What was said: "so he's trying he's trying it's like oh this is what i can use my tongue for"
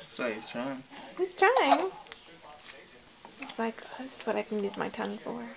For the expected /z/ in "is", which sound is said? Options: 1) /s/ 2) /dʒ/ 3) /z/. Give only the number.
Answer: 1